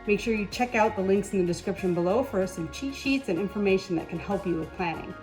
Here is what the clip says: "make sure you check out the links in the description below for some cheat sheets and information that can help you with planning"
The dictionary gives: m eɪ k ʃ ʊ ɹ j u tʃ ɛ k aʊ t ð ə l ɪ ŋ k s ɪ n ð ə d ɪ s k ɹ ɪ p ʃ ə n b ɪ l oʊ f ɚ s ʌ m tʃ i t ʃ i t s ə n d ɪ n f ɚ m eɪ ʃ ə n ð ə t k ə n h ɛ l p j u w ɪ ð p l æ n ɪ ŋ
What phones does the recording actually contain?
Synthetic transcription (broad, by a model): m eɪ k ʃ ʊ ɹ j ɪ tʃ ɛ k aʊ t ð ə l ɪ ŋ k s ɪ n ð ə d ɪ s k ɹ ɪ p ʃ ə n b ɪ l oʊ f ɚ s ʌ m tʃ i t ʃ i t s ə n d ɪ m f ɚ m eɪ ʃ n ð ə t k ə n h ɛ l p j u w ɪ ð p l æ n ɪ ŋ